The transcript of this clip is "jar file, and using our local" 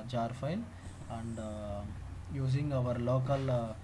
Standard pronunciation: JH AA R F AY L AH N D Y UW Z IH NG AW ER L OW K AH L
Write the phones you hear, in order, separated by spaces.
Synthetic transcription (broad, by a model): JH AA R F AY N AH N D Y UW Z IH NG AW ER L OW K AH L